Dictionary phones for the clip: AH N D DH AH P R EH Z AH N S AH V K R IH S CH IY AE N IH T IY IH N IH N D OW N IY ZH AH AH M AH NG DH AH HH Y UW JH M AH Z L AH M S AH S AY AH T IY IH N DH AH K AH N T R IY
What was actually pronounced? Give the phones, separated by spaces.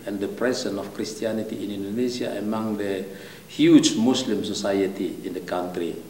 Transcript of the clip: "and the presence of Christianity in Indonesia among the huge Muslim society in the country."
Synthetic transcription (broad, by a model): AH N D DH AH P R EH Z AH N AH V K R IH S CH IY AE N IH T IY IH N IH N D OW N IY S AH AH M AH NG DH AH HH Y UW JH M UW S L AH M S AH S AY AH T IY IH N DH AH K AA N T R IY